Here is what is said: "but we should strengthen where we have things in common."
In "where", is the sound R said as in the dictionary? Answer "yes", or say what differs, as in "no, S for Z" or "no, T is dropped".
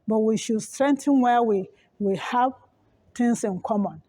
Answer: no, W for R